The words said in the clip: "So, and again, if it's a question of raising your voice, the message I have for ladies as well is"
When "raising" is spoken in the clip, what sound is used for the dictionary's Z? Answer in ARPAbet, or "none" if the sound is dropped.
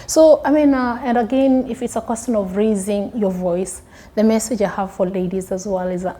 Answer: Z